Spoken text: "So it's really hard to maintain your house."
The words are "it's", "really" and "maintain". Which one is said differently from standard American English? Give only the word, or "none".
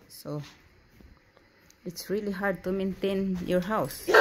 none